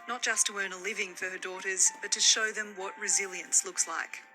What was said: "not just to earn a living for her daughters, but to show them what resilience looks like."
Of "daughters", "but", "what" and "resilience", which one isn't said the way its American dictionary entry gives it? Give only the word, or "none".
none